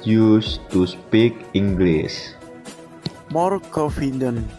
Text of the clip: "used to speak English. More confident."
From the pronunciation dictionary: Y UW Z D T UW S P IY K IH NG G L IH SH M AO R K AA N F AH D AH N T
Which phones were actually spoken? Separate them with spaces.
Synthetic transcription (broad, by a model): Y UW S T UW S P IY K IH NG G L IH S M AO R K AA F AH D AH N